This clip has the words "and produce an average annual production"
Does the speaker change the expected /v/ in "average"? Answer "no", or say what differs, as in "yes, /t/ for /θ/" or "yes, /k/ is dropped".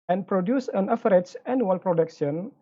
yes, /f/ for /v/